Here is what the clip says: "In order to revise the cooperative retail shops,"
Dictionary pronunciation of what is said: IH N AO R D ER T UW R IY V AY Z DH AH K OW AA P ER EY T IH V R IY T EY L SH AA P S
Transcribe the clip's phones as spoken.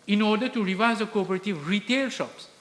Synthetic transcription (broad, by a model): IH N AO R D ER T UW R IY V AY Z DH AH K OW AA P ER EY T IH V R IY T EY L SH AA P S